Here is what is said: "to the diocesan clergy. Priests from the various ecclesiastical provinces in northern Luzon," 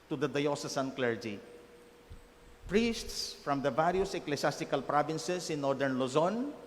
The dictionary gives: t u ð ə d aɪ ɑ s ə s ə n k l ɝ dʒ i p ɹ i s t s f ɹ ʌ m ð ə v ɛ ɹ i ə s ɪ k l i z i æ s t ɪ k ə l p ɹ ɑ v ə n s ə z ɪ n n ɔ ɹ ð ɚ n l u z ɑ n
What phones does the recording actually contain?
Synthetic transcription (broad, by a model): t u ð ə d aɪ ɑ s ə s ə n k l ɝ dʒ i p ɹ i s t s f ɹ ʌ m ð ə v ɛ ɹ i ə s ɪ k l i s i s t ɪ k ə l p ɹ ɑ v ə n s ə s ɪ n n ɔ ɹ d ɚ n l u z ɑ n